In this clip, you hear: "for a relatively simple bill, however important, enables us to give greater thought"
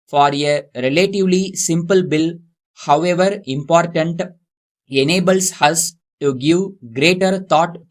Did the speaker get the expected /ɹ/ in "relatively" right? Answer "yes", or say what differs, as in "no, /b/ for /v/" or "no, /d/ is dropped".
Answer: yes